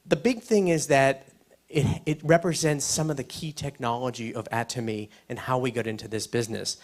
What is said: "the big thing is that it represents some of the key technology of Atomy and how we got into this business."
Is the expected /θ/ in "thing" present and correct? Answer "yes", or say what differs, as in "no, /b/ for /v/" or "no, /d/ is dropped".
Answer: yes